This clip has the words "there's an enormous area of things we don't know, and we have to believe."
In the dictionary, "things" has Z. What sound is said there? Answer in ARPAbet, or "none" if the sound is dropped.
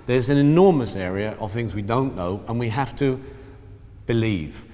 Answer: Z